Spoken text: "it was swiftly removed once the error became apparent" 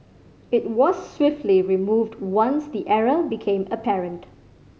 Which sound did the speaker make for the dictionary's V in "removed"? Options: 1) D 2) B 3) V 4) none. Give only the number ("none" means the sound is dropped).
3